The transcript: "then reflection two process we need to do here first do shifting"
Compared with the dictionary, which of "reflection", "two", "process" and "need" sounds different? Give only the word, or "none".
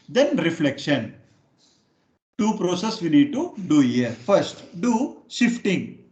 none